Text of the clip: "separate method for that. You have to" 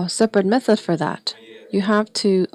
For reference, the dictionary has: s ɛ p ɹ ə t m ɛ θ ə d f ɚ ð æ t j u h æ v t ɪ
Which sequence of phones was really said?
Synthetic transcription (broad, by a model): s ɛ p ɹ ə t m ɛ θ ə d f ɚ ð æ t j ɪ h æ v t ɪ